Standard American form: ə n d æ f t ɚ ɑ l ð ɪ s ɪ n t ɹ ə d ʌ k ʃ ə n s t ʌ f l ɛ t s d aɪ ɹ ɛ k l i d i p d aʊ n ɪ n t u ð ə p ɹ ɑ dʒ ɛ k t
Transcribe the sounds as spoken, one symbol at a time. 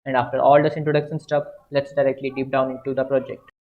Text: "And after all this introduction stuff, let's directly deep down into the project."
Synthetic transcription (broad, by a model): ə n d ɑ f t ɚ ɑ l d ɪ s ɪ n t ɹ ə d ʌ k ʃ ə n s t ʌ p l ɛ t s d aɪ ɹ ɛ k l i d i p d aʊ n ɪ n t u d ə p ɹ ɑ dʒ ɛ k t